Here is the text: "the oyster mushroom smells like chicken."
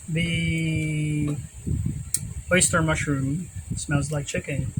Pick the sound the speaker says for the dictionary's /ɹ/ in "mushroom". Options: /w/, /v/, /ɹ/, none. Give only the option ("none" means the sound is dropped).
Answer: /ɹ/